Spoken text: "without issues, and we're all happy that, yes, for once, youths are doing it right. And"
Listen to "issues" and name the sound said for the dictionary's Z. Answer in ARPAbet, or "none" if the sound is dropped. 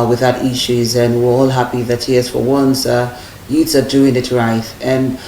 Z